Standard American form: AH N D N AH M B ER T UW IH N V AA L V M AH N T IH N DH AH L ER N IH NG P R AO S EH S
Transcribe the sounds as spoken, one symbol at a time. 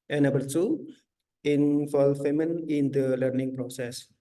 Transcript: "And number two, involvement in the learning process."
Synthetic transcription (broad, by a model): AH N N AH B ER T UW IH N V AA L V M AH N IH N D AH L ER N IH NG P R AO S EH S